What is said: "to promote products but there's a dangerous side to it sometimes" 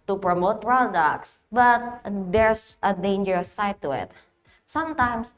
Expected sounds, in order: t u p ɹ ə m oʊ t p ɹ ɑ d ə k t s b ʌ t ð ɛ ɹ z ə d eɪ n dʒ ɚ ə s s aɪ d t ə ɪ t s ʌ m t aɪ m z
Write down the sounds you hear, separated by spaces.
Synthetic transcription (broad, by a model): t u p ɹ ə m oʊ t p ɹ ɑ d ə k t s b ʌ t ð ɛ ɹ s ə d eɪ n dʒ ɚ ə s s aɪ t ə ɪ t s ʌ m t aɪ m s